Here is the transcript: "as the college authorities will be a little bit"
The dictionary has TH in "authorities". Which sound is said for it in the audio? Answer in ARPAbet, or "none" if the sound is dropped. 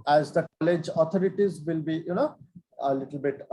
T